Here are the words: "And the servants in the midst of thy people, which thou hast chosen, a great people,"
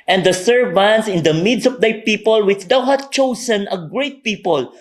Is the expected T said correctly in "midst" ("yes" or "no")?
no